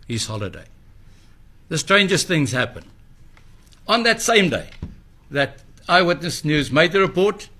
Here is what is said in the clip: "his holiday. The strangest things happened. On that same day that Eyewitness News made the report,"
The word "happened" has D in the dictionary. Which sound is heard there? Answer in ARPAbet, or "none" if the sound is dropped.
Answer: none